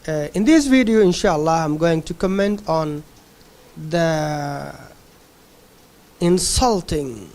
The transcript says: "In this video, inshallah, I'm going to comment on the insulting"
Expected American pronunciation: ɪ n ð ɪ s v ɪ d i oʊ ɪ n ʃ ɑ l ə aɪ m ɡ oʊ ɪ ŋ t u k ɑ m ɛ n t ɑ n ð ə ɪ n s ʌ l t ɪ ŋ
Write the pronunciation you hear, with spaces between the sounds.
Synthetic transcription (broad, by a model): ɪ n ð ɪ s v ɪ d i oʊ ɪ n ʃ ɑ l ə aɪ m ɡ oʊ ɪ ŋ t u k ɑ m ɛ n t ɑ n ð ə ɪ n s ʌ l t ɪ ŋ